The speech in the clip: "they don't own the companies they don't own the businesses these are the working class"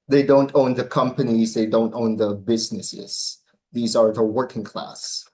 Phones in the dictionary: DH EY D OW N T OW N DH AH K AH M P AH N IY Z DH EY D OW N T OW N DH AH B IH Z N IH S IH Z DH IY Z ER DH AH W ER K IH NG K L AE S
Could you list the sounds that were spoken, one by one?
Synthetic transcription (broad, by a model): DH EY D OW N T OW N DH AH K AH M P AH N IY Z DH EY D OW N T OW N DH AH B IH Z N IH S IH Z DH IY Z ER DH AH W ER K IH NG K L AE S